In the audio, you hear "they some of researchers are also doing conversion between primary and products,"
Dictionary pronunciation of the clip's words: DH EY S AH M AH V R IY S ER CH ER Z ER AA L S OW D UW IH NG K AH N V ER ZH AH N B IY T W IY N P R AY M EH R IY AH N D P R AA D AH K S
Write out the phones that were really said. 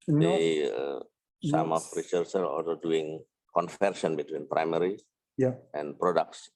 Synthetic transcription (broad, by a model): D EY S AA M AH F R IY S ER S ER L AA L S OW D UW IH NG K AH N F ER S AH N B IY T W IY N P R AY M EH R IY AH N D P R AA D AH K S